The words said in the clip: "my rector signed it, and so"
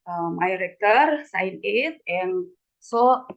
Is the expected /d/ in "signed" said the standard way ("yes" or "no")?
no